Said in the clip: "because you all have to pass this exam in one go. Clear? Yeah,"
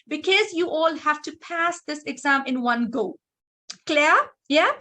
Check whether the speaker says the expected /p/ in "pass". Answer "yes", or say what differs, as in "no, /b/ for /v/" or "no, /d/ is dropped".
yes